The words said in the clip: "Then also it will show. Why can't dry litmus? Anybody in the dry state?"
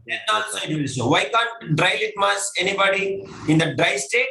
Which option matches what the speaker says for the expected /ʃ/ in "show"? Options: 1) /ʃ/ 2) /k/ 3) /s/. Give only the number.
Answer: 3